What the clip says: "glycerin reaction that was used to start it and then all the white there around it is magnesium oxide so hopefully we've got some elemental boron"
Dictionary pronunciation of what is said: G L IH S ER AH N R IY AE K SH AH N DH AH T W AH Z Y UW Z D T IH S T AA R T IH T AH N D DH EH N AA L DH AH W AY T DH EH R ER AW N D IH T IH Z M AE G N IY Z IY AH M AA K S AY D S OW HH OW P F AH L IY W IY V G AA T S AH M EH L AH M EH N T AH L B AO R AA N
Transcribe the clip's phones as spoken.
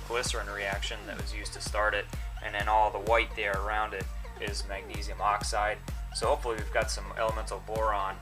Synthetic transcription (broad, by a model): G L IH S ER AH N R IY AE K SH AH N DH AH T W AH Z Y UW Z T IH S T AA R T IH T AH N DH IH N AA L DH AH W AY T DH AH R ER AW N D IH T IH Z M AE G N IY Z IY AH M AA K S AY D S OW HH OW P F L IY W IY V G AA T S AH M EH L AH M EH N T L B AO R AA N